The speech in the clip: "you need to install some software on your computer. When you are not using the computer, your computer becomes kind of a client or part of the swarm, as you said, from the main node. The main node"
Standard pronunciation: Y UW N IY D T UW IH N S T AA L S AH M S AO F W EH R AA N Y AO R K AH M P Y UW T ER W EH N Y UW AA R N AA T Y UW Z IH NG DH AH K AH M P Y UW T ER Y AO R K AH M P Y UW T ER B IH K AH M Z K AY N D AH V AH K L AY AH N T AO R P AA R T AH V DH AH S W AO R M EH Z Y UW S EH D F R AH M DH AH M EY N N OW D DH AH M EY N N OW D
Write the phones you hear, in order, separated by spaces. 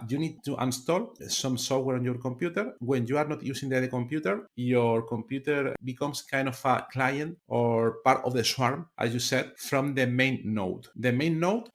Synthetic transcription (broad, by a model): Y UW N IY D T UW IH N S T AA L S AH M S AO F W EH R AA N Y AO R K AH M P Y UW T ER W EH N Y UW AA R N AA T Y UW S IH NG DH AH K AH M P Y UW T ER Y AO R K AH M P Y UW T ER B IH K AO M S K AY N D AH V AH K L AY AH N T AO R P AA R T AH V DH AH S W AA R M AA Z Y UW S EH D F R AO M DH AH M EY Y N OW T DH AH M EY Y N OW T